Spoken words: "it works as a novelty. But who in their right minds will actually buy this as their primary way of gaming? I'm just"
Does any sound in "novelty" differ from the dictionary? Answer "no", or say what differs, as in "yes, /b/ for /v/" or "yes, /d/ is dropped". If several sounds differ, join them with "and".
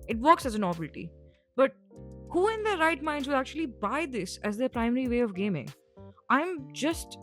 yes, /b/ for /v/